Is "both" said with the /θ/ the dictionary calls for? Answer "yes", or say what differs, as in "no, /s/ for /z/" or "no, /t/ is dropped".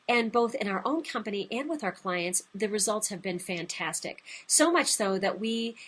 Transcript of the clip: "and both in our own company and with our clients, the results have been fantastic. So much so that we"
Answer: yes